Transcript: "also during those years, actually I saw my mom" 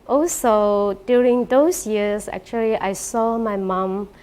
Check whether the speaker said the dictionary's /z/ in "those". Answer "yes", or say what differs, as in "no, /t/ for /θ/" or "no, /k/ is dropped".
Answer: no, /s/ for /z/